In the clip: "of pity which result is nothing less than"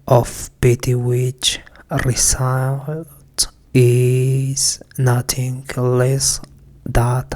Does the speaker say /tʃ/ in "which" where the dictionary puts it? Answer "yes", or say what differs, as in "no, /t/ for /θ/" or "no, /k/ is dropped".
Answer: yes